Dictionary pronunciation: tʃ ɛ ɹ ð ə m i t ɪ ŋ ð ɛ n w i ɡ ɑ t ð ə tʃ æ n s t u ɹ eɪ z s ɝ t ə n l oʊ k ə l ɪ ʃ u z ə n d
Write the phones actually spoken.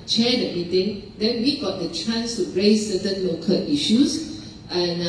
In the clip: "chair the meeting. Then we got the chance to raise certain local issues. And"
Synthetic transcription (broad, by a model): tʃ ɛ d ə m i t ɪ ŋ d ɛ n w i ɡ ɑ t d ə tʃ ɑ n s t u ɹ eɪ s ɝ t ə n l oʊ k ə l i ʃ u s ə n